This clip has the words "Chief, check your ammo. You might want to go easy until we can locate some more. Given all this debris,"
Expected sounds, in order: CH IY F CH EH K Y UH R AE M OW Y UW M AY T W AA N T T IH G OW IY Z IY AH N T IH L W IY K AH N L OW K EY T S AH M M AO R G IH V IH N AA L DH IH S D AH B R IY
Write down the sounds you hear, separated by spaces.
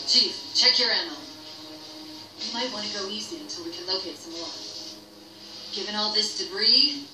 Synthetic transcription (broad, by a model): CH IY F CH EH K Y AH R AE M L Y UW M AY T W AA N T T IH G OW IY Z IY AH N T IH L W IY K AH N L OW K EY T S AH M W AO R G IH V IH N AA L DH IH S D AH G R IY